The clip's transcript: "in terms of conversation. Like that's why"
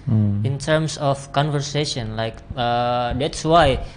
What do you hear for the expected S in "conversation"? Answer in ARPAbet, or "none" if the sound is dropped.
S